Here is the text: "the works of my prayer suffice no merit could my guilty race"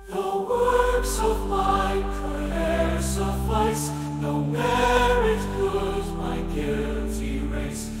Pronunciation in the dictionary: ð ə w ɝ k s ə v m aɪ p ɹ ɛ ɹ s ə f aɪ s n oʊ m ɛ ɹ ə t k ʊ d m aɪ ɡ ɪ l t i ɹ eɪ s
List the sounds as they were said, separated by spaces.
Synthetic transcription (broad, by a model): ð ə w ɝ k s ə v m aɪ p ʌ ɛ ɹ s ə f aɪ s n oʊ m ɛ ɹ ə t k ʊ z m aɪ ɡ ɪ l t i ɹ eɪ s